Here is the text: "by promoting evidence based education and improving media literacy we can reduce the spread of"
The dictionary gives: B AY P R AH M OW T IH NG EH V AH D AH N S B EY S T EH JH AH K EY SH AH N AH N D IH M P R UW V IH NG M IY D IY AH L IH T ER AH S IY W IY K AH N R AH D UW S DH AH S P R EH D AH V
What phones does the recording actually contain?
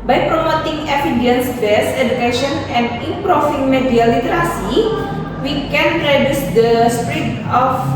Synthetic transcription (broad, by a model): B AY P R AH M OW T IH NG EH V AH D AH N S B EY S EH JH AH K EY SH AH N AH N D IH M P R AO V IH NG M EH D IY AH L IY T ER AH S IY W IY K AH N R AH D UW S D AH S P R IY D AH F